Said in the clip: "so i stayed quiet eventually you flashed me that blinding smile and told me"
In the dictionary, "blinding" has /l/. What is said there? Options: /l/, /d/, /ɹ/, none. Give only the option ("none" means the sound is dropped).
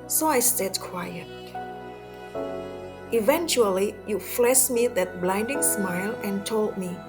/l/